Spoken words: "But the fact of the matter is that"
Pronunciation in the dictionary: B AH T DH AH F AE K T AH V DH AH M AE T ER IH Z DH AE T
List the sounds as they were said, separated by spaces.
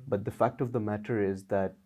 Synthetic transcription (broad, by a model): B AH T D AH F AE K T AH V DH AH M AE T ER IH Z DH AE T